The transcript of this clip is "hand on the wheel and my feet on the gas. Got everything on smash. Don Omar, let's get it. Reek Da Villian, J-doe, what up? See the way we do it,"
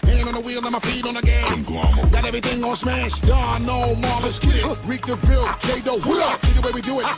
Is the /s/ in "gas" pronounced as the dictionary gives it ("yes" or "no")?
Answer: no